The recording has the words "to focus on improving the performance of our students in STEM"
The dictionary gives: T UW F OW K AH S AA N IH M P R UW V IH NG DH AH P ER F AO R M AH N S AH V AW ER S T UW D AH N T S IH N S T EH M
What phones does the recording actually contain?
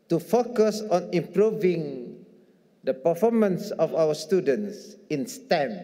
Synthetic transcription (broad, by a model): T UW F OW K AH S AA N IH M P R UW V IH NG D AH P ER F AO M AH N S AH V AW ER S T UW D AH N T S IH N S T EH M